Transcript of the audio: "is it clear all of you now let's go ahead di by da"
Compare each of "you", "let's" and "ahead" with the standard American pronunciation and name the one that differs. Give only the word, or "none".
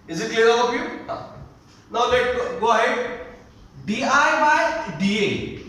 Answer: let's